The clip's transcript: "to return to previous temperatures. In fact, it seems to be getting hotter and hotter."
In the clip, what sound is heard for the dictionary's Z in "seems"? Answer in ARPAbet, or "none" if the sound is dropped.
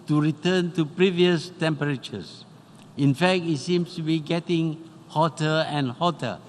S